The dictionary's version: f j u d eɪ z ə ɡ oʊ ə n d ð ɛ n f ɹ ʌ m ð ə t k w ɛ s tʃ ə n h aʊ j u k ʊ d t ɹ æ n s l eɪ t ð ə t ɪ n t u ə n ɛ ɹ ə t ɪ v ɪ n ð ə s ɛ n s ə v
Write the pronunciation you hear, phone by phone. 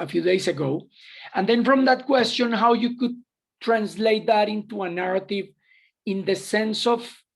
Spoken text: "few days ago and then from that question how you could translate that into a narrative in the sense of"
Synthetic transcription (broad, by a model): f j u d eɪ s ə ɡ oʊ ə n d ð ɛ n f ɹ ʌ m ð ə t k w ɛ s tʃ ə n h aʊ j u k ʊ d t ɹ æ n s l eɪ t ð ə t ɪ n t u ə n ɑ ɹ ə t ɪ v ɪ n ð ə s ɛ n s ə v